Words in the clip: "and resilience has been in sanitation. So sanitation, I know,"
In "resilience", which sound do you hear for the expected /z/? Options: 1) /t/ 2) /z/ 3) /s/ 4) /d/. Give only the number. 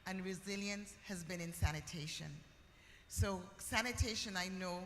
2